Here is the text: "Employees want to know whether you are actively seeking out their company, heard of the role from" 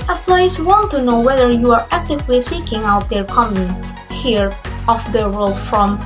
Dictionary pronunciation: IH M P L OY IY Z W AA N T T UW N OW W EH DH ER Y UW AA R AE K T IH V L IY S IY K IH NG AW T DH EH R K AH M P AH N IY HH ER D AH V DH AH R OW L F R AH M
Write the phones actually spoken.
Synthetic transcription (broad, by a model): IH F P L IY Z W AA N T T UW N OW W EH DH ER Y UW AA R AE K T IH V L IY S IY K IH NG AW T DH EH R K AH M AH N HH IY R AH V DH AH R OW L F R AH M